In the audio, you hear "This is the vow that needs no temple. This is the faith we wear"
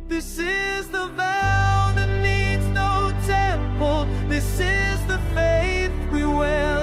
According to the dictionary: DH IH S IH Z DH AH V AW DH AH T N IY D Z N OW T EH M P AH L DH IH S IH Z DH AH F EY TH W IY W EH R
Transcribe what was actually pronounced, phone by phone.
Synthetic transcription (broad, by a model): DH IH S IH Z DH AH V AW DH AH T N IY D Z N OW T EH M P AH L DH IH S IH Z DH AH F EY TH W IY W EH